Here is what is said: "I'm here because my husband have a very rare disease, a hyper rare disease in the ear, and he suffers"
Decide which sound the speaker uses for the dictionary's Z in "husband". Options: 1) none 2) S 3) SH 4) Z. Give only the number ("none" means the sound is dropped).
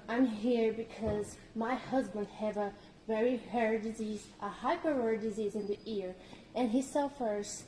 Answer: 4